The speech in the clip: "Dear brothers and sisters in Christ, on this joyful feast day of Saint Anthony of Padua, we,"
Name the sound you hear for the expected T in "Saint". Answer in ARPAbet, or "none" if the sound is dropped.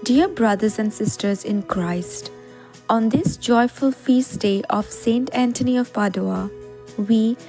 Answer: T